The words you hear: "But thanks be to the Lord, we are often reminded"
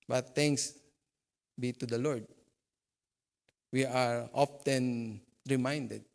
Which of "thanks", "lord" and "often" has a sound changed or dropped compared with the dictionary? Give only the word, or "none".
thanks